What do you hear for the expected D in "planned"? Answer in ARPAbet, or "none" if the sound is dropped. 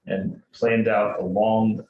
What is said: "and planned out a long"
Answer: D